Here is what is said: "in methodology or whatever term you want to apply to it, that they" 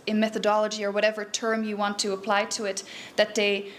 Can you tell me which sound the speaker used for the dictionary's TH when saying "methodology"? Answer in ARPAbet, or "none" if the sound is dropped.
TH